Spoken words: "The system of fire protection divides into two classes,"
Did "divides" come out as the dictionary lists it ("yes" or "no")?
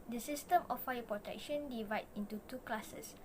no